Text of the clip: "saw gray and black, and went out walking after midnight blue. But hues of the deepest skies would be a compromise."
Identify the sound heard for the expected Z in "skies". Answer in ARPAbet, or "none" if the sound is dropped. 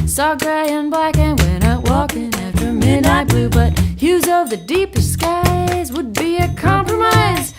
Z